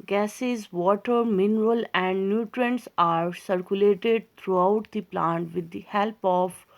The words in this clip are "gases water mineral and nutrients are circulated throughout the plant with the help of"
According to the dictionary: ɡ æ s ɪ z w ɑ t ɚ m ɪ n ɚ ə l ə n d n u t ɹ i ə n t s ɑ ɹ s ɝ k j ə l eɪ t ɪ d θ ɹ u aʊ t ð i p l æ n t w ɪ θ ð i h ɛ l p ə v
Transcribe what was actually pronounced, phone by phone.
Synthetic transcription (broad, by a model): ɡ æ s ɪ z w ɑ t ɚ m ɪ n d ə l ə n d n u t ɹ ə n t s ɑ ɹ s ɝ k j ə l eɪ t ɪ d t ɹ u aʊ t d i p l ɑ n t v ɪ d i h ɛ l p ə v